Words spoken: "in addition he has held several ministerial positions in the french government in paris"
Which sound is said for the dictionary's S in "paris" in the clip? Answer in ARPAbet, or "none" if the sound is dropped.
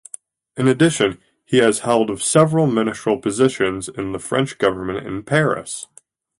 S